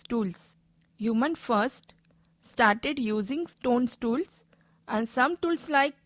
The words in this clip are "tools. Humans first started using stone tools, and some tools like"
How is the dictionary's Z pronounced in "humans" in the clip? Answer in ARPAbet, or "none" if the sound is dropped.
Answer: none